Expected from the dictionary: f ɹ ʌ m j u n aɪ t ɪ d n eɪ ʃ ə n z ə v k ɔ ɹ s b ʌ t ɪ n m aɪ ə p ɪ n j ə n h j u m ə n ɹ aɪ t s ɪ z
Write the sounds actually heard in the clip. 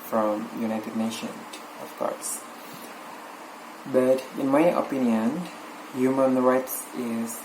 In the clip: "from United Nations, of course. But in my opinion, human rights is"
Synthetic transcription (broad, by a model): f ɹ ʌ m j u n aɪ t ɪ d n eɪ ʃ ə n ə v k ɔ ɹ s b ʌ t ɪ n m aɪ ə p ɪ n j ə n h j u m ə n ɹ aɪ t s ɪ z